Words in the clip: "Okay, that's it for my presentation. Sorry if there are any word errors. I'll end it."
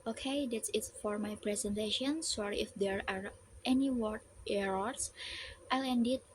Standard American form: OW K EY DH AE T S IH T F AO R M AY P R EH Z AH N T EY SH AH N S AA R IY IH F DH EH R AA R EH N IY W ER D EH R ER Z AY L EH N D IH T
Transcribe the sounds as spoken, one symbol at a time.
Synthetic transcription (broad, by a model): OW K EY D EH T S IH T F AO R M AY P R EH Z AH N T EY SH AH N S AA R IY IH F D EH R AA R EH N IY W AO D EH R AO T AY L EH N D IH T